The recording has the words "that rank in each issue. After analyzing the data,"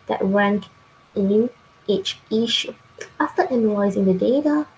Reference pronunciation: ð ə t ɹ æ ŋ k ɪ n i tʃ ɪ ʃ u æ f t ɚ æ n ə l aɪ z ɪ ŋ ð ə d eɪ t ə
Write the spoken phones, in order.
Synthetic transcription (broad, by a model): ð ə t ɹ æ ŋ k ɪ n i tʃ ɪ ʃ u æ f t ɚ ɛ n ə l aɪ z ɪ ŋ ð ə d eɪ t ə